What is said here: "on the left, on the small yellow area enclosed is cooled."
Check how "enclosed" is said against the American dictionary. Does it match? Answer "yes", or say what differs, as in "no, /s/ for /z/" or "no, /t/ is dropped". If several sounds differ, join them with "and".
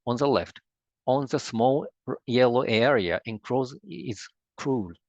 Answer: no, /d/ is dropped